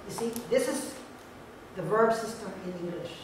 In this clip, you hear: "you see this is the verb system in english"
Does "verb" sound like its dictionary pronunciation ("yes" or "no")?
yes